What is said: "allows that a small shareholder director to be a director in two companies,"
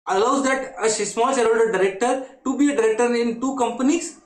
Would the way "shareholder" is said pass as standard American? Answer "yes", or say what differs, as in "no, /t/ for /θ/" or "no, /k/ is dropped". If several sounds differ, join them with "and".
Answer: no, /n/ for /l/